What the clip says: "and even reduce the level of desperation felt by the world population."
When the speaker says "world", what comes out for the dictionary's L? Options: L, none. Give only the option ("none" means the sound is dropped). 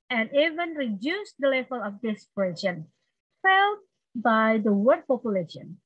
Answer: none